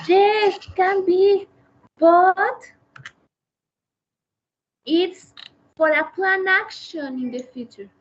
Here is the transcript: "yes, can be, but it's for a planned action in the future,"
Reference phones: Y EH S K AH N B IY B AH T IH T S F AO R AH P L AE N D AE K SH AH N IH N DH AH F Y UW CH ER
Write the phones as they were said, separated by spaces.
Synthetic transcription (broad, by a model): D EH K AH N B IY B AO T IH T S F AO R AH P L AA N AA K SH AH N IH N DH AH F Y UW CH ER